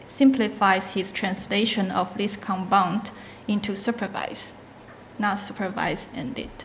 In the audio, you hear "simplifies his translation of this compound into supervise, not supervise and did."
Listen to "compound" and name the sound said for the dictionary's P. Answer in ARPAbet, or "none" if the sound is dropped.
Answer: B